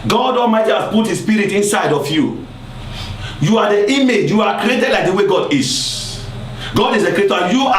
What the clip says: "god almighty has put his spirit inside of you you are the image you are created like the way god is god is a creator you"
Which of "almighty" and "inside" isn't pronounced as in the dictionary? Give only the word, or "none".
almighty